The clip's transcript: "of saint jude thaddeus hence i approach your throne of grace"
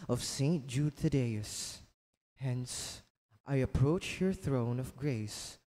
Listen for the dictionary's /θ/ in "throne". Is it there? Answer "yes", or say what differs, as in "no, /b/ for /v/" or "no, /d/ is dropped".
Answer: yes